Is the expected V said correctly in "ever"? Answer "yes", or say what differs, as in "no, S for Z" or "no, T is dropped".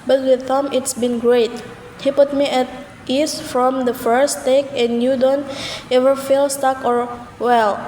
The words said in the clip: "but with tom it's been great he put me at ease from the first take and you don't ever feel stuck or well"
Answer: yes